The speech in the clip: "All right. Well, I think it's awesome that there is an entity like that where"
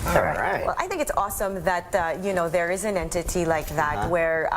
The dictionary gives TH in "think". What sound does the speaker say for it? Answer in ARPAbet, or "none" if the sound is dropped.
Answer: TH